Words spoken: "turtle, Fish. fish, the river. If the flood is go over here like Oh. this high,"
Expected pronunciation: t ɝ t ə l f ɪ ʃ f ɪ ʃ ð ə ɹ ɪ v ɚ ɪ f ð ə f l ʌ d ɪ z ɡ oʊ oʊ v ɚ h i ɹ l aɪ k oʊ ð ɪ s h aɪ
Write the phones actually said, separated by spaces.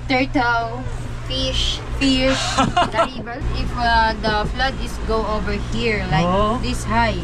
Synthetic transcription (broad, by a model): t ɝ t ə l f ɪ ʃ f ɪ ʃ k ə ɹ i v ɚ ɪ f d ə f l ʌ d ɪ s ɡ oʊ oʊ v ɚ h i ɹ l aɪ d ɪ s h aɪ